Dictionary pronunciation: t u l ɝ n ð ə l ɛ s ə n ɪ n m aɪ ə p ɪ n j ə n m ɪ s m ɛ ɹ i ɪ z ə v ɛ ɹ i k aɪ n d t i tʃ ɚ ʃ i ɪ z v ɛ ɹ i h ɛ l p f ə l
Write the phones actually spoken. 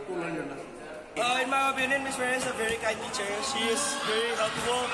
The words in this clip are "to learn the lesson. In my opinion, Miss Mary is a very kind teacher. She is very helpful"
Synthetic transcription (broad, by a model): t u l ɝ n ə n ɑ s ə ɪ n m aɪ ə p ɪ n j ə n m ɪ s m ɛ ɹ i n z ə v ɛ ɹ i k aɪ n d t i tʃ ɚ ʃ i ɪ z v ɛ ɹ i h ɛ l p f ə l